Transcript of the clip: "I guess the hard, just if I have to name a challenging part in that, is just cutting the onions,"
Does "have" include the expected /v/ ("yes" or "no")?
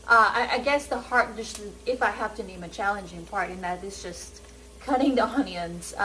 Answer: no